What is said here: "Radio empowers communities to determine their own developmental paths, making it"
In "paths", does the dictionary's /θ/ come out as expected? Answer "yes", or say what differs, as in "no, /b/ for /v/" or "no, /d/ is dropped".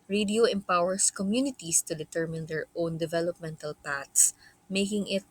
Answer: no, /t/ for /θ/